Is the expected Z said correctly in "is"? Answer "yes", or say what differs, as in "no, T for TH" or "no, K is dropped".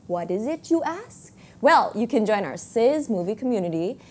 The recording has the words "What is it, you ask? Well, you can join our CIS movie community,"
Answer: yes